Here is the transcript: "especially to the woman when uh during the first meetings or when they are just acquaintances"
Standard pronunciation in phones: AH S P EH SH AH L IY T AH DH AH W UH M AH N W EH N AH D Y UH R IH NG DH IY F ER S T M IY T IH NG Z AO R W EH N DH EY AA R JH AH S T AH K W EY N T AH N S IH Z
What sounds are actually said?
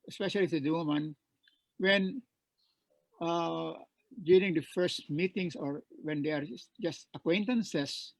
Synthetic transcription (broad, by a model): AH S P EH SH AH L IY S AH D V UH M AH N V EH N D Y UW R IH NG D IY F ER S T M IY T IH NG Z AO R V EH N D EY AA R JH AH S T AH K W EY N T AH N S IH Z